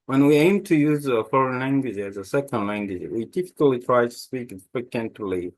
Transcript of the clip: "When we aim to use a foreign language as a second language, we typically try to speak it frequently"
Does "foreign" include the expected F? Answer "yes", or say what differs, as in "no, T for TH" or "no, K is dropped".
yes